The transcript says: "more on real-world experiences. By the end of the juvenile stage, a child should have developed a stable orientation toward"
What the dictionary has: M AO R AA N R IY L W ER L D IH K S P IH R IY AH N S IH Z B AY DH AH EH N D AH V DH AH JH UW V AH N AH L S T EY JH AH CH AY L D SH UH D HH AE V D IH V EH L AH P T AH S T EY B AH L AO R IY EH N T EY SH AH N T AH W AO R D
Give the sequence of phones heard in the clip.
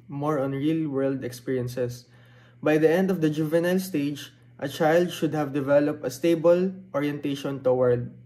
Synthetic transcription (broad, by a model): M AO R AA N R IY L W ER L D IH K S P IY R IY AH N S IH S B AY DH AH EH N D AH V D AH JH UW V AH N AH L S T EY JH AH CH AY L D SH UH D HH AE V D IH V EH L AH P T AH S T EY B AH L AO R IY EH N T EY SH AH N T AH W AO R D